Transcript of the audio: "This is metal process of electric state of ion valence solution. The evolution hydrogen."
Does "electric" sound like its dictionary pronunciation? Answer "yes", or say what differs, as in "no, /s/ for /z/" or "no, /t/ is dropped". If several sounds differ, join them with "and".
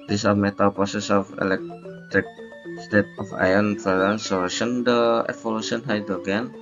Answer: yes